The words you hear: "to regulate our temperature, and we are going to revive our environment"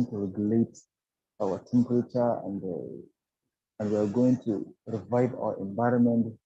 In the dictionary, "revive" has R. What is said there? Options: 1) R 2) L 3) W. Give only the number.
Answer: 1